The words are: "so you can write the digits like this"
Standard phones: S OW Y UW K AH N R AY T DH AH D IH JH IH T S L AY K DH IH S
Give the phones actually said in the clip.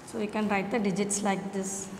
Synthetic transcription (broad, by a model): S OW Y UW K AH N R AY T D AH D IH JH IH T S L AY K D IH S